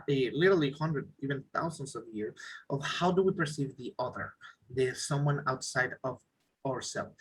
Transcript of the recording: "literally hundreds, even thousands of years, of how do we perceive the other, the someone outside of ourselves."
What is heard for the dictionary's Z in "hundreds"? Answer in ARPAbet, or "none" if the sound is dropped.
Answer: none